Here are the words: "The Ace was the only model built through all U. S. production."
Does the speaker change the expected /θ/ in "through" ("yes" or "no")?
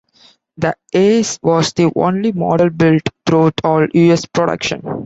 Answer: yes